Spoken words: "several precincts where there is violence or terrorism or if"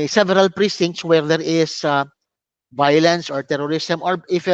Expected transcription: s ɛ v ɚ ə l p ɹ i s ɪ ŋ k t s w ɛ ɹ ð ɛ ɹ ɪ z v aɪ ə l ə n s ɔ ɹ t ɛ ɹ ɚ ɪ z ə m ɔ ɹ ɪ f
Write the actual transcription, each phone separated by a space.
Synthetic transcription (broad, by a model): s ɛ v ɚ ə l p ɹ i s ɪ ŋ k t s w ɛ ɹ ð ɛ ɹ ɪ s v aɪ ə l ə n s ɔ ɹ t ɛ ɹ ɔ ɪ s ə m ɔ ɹ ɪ f